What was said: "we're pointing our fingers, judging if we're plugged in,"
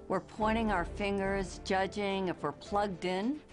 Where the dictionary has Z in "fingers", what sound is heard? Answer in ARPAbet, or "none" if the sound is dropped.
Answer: Z